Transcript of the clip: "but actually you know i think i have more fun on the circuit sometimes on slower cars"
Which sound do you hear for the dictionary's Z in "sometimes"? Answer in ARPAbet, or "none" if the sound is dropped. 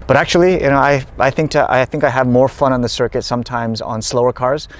Z